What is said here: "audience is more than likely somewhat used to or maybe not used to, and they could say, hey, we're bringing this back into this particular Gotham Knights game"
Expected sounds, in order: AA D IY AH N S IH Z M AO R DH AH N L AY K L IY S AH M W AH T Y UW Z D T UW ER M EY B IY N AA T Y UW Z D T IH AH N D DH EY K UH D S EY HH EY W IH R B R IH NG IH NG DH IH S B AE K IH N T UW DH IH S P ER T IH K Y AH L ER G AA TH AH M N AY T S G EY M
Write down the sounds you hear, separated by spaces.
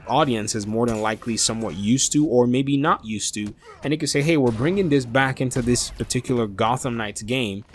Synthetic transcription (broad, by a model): AA D IY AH N S IH Z M AO R DH AH N L AY K L IY S AH M W AH T Y UW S T UW ER M EY B IY N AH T Y UW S T IH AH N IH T K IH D S EY HH EY W IH R B R IH NG IH NG DH IH S B AE K IH N T UW DH IH S P ER T IH K Y L ER G AA TH AH M N AY T S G EY M